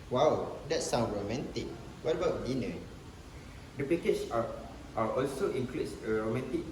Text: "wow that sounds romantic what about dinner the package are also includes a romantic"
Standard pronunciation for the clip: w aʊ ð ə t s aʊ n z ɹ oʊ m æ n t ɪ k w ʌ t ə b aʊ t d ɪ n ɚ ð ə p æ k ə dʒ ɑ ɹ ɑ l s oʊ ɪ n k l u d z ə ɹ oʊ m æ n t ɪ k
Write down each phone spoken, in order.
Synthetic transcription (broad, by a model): w aʊ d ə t s aʊ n ɹ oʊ m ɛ n t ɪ k w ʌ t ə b aʊ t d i n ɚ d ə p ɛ k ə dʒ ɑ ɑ ɑ l s oʊ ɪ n k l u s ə ɹ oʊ m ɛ n t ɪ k